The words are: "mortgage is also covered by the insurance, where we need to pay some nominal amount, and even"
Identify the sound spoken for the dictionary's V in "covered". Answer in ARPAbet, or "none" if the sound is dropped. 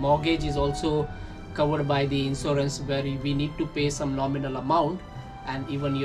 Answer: V